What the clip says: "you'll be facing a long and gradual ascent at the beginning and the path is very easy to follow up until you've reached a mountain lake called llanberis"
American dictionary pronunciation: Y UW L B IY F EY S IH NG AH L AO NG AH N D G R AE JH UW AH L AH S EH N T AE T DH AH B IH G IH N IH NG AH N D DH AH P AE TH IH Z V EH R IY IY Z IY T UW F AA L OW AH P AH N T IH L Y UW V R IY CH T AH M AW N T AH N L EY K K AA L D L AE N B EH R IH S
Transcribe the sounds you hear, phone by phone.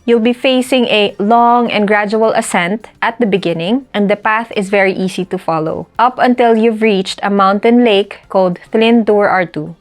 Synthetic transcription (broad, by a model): Y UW L B IY F EY S IH NG AH L AO NG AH N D G R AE JH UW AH L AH S EH N T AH T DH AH B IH G IH N IH NG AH N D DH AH P AE TH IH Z V EH R IY IY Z IY T UW F AA L OW AH P AH N T IH L Y UW V R IY CH T AH M AW N T AH N L EY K K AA L D L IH N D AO R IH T